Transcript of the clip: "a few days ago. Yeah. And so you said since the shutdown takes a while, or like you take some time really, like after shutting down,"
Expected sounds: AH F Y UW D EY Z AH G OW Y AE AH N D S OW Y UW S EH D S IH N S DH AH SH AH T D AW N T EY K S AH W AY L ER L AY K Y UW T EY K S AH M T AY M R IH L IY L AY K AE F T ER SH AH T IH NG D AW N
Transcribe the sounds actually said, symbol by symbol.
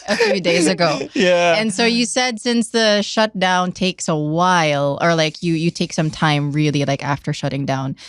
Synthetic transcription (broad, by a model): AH F Y UW D EY Z AH G OW Y AE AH N S OW Y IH S EH D S IH N S DH AH SH AH T D AW N T EY K S AH W AY L ER L AY K Y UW T EY K S AH M T AY M R IH L IY L AY K AE F T ER SH AH T IH NG D AW N